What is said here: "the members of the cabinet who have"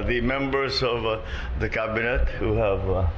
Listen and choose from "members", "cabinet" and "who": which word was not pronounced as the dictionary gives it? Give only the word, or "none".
none